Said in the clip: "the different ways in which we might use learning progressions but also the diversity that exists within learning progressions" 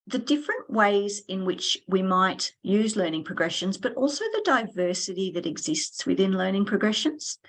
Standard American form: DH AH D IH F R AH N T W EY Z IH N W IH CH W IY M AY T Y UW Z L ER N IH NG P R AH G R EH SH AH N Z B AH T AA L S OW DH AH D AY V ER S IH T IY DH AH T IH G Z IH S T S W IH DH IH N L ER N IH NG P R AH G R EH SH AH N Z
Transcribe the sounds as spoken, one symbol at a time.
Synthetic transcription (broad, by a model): DH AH D IH F R AH N T W EY Z IH N W IH CH W IY M AY T Y UW Z L ER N IH NG P R AH G R EH SH AH N Z B AH T AA L S OW DH AH D AY V ER S IH T IY DH AH T IH G Z IH S T S W IH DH IH N L ER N IH NG P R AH G R EH SH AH N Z